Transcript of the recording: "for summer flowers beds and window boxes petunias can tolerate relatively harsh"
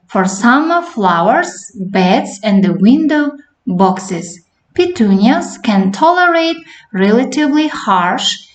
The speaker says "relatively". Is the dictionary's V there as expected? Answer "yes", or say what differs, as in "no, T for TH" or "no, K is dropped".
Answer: yes